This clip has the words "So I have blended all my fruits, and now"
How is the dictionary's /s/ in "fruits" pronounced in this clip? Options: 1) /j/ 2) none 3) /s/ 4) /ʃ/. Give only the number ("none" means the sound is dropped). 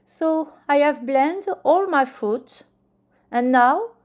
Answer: 2